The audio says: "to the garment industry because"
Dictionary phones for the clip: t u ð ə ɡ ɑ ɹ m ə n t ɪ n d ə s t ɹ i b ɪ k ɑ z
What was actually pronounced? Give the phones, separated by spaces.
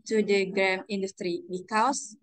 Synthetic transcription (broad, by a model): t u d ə ɡ ɹ ə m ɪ n d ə s t ɹ i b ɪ k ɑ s